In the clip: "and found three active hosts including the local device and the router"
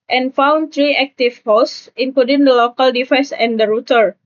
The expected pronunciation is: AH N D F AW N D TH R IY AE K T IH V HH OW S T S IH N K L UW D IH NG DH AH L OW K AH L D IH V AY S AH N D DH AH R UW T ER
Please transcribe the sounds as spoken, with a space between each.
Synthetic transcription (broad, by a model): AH N F AW N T R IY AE K T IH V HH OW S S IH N K L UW D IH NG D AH L OW K AH L D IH F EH S AH N D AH R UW T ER